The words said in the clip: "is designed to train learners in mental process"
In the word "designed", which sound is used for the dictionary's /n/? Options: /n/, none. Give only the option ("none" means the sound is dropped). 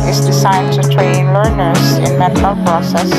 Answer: none